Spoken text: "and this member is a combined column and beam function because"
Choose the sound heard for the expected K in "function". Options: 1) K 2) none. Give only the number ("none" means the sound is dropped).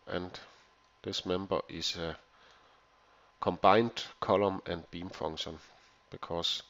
2